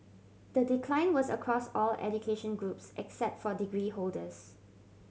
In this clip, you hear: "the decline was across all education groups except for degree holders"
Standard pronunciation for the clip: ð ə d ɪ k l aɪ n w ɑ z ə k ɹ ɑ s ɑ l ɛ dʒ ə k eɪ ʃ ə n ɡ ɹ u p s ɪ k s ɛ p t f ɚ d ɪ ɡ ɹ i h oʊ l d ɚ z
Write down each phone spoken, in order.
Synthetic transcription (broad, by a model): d ə d ɪ k l aɪ n w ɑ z ə k ɹ ɑ s ɑ l ɛ dʒ ə k eɪ ʃ ə n ɡ ɹ u p s ɪ k s ɛ p t f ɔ d ɪ ɡ ɹ i h oʊ l d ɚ s